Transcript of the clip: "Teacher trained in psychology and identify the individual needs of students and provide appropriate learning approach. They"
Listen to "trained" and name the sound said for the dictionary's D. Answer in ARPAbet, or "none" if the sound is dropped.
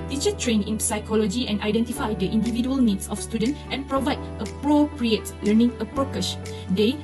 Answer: none